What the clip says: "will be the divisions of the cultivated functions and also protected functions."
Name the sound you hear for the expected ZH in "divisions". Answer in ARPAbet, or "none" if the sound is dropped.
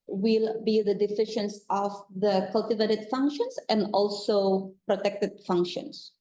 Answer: SH